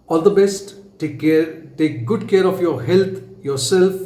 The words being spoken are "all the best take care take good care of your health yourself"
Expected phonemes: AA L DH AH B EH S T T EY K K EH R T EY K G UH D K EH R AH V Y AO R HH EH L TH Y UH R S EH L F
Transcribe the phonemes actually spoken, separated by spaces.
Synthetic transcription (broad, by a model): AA L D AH B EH S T T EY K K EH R T EY K G UH D K EH R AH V Y AO R HH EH L T Y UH R S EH L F